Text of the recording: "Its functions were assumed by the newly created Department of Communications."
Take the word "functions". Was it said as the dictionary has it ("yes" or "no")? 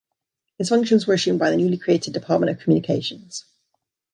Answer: yes